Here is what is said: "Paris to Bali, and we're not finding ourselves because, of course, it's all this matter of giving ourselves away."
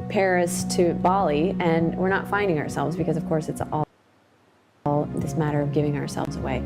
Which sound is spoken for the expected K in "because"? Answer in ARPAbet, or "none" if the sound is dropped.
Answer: K